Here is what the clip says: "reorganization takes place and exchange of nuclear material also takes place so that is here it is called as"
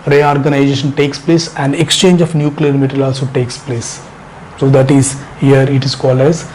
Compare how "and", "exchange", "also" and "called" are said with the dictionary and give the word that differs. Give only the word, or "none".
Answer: none